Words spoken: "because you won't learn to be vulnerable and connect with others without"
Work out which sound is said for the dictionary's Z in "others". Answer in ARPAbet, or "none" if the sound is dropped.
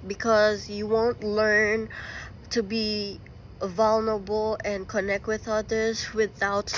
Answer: Z